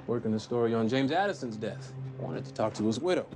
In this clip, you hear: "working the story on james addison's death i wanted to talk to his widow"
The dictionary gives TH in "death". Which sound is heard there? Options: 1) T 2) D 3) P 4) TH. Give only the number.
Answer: 4